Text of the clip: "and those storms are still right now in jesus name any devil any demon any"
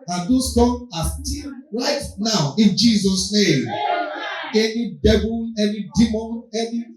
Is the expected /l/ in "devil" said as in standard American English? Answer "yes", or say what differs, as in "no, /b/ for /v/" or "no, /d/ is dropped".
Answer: no, /n/ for /l/